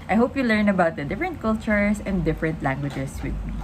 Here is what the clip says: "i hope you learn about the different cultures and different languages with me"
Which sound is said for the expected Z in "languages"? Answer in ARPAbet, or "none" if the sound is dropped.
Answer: S